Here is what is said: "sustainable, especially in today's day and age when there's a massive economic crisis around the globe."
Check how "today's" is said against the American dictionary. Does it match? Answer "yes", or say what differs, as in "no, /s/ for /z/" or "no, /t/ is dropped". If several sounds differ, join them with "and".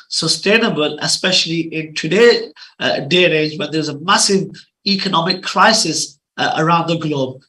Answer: no, /z/ is dropped